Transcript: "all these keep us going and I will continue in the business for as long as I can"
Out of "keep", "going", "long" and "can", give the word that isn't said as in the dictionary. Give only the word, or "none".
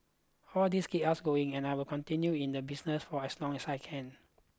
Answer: keep